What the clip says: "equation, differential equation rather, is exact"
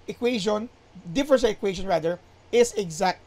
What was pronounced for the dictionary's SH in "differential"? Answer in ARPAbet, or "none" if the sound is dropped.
S